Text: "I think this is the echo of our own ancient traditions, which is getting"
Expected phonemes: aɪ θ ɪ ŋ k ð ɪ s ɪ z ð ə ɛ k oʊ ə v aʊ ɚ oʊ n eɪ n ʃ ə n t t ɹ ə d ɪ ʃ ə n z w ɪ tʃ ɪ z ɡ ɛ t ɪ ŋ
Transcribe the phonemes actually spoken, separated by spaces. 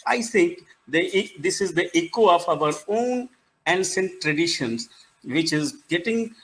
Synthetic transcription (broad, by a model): aɪ t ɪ ŋ k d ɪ s ɪ z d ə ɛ k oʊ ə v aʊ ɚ oʊ n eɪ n s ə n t t ɹ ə d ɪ ʃ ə n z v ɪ tʃ ɪ z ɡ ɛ t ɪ ŋ